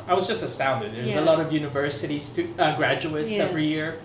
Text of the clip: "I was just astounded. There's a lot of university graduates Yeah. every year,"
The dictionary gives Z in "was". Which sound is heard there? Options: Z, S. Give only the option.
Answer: Z